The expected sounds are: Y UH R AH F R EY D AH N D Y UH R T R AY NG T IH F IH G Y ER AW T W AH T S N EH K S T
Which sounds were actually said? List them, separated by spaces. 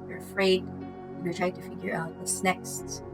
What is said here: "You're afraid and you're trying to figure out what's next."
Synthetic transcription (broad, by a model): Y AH R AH F R EY AH D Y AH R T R AY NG T IH F IH G Y ER AW T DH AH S N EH K S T